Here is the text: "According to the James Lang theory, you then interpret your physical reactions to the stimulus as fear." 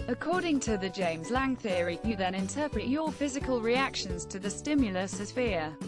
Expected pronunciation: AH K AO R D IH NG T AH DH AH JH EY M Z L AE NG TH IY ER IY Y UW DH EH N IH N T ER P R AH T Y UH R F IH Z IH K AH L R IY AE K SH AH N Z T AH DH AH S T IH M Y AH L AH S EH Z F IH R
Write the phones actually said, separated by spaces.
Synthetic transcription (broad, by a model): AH K AO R D IH NG T AH DH AH JH EY M Z L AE NG TH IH ER IY Y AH DH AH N IH N T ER P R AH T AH F IH Z IH K AH L R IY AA K SH AH N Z T AH DH AH S T IH M Y AH L AH S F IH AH